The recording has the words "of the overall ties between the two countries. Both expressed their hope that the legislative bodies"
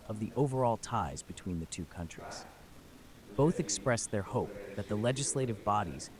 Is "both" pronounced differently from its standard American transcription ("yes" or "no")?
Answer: no